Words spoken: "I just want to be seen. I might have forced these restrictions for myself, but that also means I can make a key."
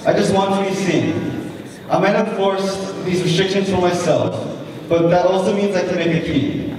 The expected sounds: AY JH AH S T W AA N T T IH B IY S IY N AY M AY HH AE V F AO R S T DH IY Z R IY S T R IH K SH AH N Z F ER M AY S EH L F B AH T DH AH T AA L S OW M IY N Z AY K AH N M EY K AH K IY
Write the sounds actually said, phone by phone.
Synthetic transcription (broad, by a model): AY JH AH S T W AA N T T IH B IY S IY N AY M AY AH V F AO R S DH IY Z R IY S T R IH K SH AH N Z F ER M AY S EH L F B AH T DH AH T AA L S OW M IY N Z AY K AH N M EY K AH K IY